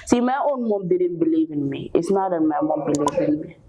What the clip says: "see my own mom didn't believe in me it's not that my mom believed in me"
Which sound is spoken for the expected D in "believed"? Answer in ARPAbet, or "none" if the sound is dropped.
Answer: none